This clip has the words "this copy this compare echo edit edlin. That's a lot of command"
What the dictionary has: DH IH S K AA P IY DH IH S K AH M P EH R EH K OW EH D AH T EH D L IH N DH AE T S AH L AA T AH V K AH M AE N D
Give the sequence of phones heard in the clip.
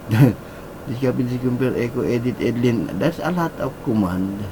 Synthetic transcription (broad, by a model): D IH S K AA P IY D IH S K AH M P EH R EH K OW EH D AH T EH D L IH N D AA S AH L AA T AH P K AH M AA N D